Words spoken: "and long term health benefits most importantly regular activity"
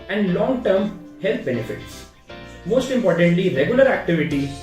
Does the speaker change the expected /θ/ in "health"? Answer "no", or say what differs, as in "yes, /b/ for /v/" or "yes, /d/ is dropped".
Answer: yes, /t/ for /θ/